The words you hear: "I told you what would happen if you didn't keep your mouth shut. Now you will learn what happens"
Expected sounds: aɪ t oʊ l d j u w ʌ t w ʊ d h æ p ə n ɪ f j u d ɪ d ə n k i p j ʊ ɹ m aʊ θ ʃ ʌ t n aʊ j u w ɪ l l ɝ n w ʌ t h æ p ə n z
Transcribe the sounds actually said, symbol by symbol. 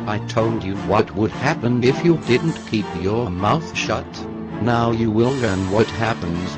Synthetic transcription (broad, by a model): aɪ t oʊ l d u w ʌ t w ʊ d h æ p ə n ɪ f j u d ɪ d n k i p j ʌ ɹ m aʊ θ ʃ ʌ t n aʊ j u w ɪ l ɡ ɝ n w ʌ t h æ p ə n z